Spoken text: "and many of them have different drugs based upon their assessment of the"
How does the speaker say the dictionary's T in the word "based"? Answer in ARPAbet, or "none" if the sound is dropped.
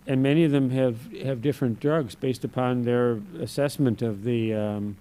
T